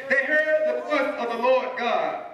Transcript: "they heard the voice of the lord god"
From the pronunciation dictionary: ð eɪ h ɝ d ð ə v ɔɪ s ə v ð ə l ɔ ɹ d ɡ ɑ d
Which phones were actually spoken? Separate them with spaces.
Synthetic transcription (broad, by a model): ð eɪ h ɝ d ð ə f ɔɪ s ə v ð ə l ɔ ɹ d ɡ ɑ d